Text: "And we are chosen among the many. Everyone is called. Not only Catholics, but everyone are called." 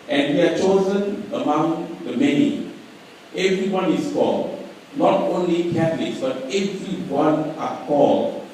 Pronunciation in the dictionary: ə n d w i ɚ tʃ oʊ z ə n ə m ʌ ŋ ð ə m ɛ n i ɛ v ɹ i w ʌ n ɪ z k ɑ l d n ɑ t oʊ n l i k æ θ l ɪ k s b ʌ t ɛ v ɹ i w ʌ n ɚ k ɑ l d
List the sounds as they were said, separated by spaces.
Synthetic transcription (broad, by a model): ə n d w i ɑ tʃ oʊ z ə n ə m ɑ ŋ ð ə m ɛ n i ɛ v ɹ i w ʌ n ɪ s k ɑ l d n ɑ t oʊ n l i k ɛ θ l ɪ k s b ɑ t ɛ v ɹ i w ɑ n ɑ k ɑ l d